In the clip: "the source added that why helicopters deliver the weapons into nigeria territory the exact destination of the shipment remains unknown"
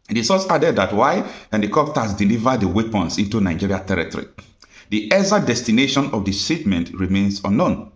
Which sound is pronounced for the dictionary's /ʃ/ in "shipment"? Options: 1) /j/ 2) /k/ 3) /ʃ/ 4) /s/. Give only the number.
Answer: 4